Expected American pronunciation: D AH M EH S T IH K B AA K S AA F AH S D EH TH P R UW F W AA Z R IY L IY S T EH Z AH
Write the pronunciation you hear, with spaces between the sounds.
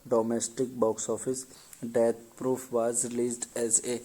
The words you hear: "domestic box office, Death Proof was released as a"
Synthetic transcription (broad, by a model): D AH M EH S T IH K B AA K S AA F AH S D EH T P R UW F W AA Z R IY L IY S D EH Z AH